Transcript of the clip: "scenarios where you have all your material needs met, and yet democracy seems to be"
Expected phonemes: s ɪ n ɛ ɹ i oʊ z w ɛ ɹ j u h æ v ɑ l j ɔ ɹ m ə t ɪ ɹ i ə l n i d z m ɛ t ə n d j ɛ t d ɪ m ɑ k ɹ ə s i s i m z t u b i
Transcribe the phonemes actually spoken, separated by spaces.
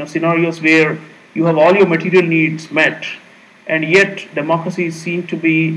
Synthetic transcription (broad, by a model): s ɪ n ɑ ɹ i oʊ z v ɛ ɹ j u h æ v ɑ l j ɔ ɹ m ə t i ɹ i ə l n i d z m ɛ t ə n d j ɛ t d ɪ m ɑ k ɹ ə s i s i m t u b i